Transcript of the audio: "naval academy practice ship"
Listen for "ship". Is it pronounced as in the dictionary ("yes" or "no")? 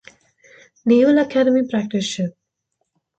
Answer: no